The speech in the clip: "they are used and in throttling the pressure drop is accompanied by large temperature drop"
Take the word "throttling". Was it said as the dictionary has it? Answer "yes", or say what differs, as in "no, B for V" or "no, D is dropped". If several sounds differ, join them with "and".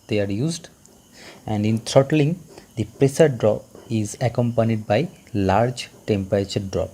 no, T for TH